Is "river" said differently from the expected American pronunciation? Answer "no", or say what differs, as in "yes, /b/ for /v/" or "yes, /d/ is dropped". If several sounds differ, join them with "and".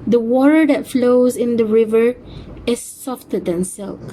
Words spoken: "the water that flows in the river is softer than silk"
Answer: no